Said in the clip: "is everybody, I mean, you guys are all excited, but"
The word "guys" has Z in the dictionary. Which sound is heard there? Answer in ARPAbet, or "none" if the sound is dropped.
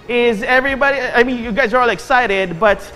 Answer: Z